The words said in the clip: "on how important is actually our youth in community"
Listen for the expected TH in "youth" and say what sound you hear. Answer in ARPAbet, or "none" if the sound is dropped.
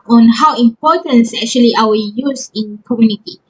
S